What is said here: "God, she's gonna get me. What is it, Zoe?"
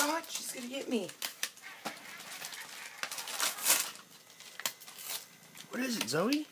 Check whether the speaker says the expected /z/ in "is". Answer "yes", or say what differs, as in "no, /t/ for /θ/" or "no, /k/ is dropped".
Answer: yes